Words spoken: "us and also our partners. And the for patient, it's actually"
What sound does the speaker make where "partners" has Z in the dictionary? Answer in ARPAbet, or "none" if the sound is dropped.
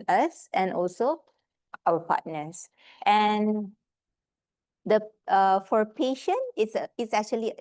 S